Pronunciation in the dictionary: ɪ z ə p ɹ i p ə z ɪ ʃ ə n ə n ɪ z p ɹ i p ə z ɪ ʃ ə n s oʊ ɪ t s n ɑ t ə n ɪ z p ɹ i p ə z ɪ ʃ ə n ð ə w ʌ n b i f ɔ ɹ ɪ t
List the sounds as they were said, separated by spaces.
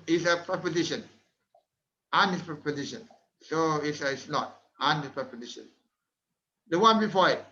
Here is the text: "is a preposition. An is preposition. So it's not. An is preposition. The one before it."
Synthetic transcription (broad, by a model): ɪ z ə p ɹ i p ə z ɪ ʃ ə n ə n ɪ s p ɹ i p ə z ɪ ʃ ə n s oʊ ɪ s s n ɑ t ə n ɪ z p ɹ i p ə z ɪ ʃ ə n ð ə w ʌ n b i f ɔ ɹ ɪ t